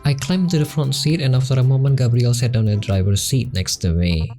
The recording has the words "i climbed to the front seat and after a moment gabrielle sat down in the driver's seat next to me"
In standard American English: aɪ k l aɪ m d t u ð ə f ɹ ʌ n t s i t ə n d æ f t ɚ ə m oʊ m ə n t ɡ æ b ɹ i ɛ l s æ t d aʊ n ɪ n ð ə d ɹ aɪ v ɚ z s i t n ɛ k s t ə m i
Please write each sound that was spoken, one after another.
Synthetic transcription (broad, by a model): aɪ k l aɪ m t u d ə f ɹ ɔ n t s i t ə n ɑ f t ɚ ə m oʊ m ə n ɡ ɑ b ɹ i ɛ l s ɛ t d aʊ ɪ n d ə d ɹ aɪ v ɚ s i t n ɛ k s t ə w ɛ